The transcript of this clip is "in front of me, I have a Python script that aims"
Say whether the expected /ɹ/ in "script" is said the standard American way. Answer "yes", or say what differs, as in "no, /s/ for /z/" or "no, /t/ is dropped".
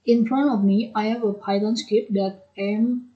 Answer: no, /ɹ/ is dropped